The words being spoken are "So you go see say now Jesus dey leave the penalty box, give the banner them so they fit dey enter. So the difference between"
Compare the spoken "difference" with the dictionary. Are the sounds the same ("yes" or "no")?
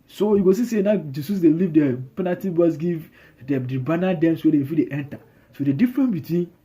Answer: no